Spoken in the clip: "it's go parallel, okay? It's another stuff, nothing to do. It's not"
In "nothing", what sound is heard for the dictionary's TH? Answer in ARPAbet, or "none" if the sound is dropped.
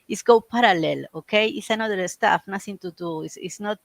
S